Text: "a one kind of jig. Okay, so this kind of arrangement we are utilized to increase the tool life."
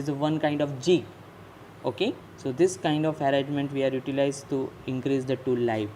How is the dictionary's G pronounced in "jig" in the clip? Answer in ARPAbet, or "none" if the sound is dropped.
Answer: none